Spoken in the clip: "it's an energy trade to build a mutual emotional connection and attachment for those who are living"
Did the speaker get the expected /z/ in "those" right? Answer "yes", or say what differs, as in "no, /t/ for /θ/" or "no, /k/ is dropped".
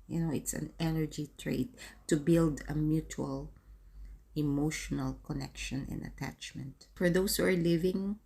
no, /s/ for /z/